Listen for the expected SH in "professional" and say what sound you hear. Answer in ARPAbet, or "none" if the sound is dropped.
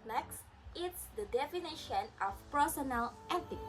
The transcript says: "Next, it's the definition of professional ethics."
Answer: none